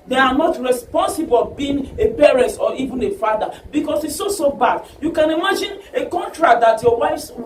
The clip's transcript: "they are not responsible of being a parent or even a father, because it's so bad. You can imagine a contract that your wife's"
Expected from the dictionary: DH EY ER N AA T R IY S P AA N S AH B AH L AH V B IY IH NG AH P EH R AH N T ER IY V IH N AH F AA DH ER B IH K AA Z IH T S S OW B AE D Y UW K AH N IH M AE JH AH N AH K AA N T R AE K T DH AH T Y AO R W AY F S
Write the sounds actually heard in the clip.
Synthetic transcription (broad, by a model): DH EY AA N AA T R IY S P AA N S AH B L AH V B IY IH NG AH P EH R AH N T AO IY V IH N AH F AA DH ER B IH K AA S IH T S S OW B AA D Y UW K AH N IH M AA JH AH N AH K AA N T R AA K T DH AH T Y AO W AY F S